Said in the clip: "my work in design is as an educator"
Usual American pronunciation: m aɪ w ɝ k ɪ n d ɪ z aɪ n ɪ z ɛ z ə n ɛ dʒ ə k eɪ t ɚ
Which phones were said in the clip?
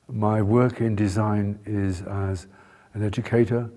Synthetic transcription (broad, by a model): m aɪ w ɝ k ɪ n d ɪ z aɪ n ɪ z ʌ z ə n ɛ dʒ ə k eɪ t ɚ